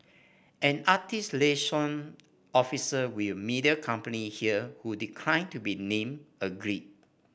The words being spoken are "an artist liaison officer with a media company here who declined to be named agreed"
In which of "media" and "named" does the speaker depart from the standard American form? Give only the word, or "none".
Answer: named